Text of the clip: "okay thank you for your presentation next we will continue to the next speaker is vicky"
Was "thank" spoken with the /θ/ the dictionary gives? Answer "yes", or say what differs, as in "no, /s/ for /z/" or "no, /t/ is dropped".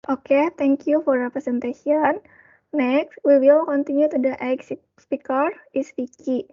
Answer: no, /t/ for /θ/